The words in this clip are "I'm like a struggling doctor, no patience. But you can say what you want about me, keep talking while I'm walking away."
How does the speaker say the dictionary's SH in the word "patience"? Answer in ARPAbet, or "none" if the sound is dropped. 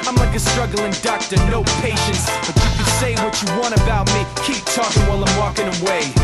SH